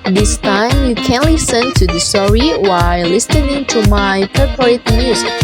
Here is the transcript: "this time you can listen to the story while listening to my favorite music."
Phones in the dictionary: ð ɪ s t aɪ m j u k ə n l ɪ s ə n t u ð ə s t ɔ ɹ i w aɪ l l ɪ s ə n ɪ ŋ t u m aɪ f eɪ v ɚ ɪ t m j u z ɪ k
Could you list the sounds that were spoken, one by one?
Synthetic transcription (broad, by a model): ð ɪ s t aɪ m j u k ə n l ɪ s ə n t u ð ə s t ɔ ɹ i w aɪ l l ɪ s ə n ɪ ŋ t u m aɪ p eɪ p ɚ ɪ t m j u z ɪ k